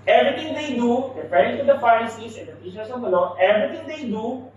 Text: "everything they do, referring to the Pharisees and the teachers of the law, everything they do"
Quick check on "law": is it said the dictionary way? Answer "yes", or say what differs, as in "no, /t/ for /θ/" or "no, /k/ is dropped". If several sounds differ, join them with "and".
no, /n/ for /l/